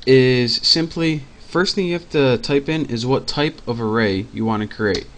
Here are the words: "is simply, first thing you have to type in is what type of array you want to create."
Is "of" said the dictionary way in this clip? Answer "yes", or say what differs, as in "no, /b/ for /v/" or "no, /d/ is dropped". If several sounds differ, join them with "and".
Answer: yes